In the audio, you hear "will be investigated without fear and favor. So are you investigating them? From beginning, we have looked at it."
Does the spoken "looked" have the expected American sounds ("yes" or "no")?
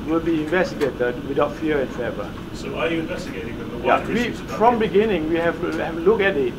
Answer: no